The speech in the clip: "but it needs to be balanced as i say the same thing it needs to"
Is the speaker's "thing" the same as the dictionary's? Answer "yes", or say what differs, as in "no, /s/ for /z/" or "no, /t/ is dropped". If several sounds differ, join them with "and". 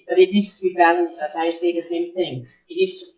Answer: yes